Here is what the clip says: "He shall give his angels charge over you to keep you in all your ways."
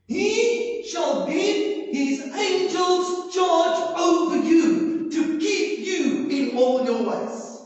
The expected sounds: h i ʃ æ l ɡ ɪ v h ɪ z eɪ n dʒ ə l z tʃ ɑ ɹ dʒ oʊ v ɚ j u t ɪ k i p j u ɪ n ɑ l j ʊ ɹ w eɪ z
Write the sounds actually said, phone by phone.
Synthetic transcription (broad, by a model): h i ʃ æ l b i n h ɪ z eɪ n dʒ ə l z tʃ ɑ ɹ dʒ oʊ v ɚ j u t ɪ k i p j u ɪ n ɑ l j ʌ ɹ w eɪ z